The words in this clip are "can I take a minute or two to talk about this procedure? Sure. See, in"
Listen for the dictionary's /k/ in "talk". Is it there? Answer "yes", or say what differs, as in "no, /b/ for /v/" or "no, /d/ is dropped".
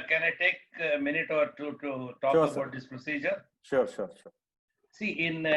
no, /k/ is dropped